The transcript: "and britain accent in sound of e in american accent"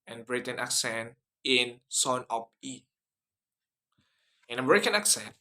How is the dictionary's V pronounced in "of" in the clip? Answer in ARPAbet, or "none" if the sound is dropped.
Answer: P